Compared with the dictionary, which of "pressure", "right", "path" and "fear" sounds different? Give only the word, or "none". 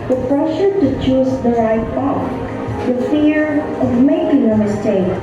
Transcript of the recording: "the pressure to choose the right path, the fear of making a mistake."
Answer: path